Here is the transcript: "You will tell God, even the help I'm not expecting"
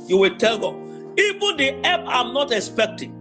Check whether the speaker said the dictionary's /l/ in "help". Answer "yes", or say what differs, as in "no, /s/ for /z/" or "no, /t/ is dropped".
no, /l/ is dropped